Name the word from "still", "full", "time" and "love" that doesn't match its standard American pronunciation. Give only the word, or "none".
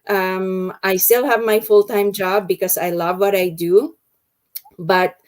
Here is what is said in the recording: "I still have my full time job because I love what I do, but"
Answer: none